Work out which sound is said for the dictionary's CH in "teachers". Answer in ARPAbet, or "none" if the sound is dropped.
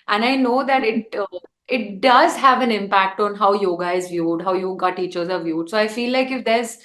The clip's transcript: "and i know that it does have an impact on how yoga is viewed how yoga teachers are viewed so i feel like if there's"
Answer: CH